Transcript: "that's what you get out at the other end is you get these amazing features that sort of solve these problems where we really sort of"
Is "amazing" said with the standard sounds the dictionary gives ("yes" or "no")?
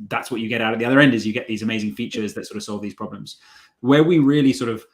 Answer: yes